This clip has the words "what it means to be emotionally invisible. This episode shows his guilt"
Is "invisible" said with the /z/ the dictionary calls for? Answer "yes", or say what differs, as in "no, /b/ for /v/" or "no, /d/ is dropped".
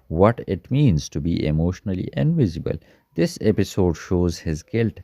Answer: yes